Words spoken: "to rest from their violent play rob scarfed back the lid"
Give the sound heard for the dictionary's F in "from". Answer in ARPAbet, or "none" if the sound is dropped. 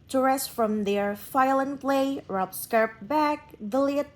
F